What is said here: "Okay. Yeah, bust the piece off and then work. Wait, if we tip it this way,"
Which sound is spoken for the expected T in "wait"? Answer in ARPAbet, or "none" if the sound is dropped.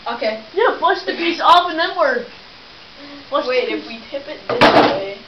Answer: none